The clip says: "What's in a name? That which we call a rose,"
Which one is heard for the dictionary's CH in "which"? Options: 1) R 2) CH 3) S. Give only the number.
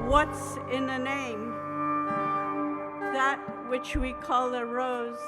2